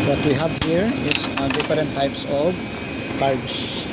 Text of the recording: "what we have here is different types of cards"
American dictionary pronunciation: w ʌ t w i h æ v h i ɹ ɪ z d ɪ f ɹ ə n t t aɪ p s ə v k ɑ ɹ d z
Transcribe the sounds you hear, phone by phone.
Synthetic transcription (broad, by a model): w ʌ t w i h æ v h i ɹ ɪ s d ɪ f ɹ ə n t t aɪ p s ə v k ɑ ɹ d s